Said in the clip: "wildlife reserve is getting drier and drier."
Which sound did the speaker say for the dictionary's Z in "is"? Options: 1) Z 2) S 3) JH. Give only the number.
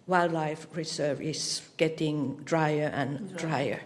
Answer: 2